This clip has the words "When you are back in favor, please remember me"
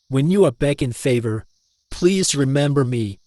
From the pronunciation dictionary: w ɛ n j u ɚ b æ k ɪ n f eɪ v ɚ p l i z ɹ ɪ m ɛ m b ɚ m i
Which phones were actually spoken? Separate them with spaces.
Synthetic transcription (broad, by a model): w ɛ n j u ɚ b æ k ɪ n f eɪ v ɚ p l i z ɹ ɪ m ɛ m b ɚ m i